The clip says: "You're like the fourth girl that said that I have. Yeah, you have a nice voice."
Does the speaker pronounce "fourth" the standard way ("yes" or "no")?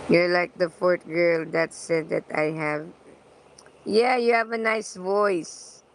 no